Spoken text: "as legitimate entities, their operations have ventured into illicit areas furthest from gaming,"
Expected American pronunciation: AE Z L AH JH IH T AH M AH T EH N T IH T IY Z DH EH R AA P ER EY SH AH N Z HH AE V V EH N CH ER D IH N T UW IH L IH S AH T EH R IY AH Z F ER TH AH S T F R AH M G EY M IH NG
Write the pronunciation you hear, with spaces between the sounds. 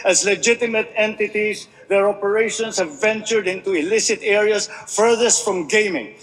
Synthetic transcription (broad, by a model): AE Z L AH JH IH T AH M AH T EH N T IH T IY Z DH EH R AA P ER EY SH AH N S HH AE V V EH N CH ER D IH N T UW IH L IH S AH T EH R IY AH S F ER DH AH S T F R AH M G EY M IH NG